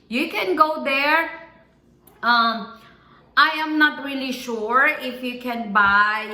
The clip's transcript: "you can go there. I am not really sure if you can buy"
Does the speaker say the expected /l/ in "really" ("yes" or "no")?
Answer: yes